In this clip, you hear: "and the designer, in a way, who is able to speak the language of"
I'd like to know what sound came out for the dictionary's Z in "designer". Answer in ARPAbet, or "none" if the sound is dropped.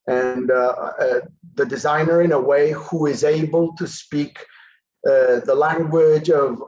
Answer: Z